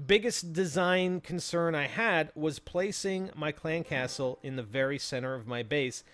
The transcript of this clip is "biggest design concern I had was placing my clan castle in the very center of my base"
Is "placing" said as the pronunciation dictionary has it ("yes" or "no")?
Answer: yes